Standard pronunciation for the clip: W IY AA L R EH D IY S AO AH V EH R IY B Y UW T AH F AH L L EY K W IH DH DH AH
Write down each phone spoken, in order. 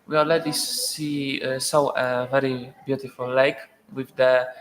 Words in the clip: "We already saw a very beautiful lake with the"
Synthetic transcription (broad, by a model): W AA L L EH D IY S AO AH V EH R IY B Y UW T AH F AH L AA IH K W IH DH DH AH